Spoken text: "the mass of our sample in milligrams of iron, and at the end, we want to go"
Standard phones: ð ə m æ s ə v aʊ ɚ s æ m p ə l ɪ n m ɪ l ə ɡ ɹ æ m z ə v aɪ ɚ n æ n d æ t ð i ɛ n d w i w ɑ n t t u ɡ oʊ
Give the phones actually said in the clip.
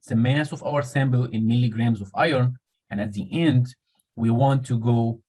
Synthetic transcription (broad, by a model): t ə m æ s ə v aʊ ɚ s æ m b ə l ɪ n m ɪ l ə ɡ ɹ æ m z ə v aɪ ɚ n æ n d æ t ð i ɛ n d w i w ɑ n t t u ɡ oʊ